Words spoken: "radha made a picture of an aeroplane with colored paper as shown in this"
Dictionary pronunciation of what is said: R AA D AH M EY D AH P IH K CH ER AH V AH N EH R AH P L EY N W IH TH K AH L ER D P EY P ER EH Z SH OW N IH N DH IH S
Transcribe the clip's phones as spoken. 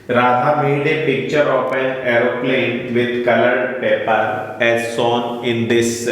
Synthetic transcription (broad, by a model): R AA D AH M EY D AH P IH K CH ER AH P AH N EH R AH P L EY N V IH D K AH L ER D P EY P ER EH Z S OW N IH N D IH S